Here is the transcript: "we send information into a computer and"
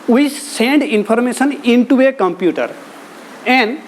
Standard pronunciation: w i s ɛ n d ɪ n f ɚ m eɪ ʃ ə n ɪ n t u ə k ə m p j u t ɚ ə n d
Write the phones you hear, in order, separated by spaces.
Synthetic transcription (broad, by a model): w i s ɛ n d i n p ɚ m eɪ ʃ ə n ɪ n t u ə k ə m p j u t ɚ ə n d